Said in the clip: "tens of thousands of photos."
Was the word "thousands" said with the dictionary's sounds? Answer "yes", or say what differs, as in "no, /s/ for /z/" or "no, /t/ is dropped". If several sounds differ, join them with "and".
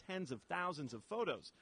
yes